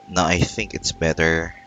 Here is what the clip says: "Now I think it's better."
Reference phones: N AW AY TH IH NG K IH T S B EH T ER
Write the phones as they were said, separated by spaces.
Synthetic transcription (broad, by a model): N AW AY TH IH NG K IH T S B EH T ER